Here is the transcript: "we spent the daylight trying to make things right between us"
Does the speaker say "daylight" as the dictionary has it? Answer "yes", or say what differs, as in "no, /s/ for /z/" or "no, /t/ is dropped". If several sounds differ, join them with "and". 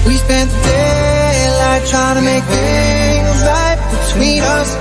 no, /n/ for /l/